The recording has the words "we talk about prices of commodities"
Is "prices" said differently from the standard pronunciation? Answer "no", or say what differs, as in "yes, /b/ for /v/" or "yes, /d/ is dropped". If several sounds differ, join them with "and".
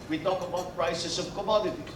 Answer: yes, /s/ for /z/